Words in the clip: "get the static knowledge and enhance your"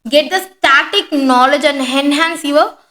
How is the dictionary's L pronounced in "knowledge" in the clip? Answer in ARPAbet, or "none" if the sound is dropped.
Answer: L